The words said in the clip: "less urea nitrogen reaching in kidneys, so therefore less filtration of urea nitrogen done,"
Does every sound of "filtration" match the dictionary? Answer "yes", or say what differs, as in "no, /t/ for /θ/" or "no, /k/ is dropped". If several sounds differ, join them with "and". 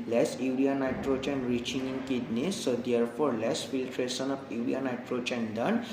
no, /s/ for /ʃ/